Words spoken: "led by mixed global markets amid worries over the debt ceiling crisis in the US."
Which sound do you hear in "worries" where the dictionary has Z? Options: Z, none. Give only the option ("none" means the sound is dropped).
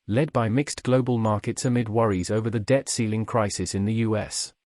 Z